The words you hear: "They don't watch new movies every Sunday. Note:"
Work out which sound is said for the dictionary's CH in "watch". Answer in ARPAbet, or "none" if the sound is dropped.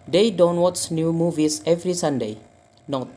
S